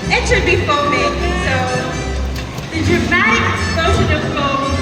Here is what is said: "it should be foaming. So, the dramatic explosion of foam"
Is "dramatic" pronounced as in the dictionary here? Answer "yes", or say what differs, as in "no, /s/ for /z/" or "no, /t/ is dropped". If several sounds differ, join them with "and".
no, /k/ is dropped